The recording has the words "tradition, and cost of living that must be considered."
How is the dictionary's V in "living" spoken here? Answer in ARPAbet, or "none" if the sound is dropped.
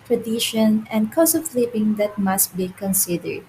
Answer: P